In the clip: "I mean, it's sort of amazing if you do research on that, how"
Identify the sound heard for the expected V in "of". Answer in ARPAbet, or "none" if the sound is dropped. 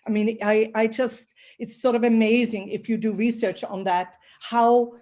V